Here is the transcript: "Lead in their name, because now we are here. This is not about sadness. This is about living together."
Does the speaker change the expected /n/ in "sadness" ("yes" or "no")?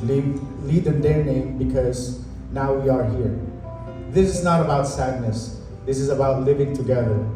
no